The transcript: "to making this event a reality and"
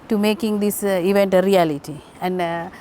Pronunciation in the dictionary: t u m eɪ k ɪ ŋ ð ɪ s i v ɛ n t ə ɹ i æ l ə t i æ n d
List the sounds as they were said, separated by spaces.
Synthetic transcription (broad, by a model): t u m eɪ k ɪ ŋ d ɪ s i v ɛ n t ə ɹ i æ l ə t i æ n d